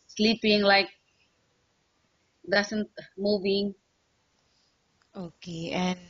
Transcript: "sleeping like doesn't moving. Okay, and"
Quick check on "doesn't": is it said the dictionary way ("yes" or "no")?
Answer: no